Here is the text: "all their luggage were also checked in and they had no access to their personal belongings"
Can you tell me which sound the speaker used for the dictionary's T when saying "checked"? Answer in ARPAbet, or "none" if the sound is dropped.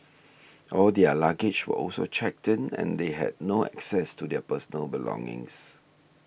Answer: T